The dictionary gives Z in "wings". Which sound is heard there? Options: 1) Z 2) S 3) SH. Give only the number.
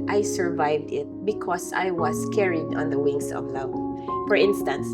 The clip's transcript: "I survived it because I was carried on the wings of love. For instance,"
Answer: 2